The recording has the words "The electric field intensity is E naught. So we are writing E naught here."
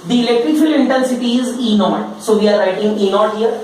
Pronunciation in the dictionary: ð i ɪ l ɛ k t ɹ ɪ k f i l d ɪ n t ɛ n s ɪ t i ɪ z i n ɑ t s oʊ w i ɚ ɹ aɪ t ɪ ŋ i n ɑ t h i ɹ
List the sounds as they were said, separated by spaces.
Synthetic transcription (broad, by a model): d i ɪ l ɛ k t ɹ ɪ k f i l ɪ n t ɛ n s ɪ t i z i n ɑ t s oʊ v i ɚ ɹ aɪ t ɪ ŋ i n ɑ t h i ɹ